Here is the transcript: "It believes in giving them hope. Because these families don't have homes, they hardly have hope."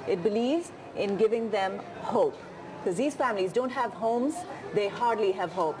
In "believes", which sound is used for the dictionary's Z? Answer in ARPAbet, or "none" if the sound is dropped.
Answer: Z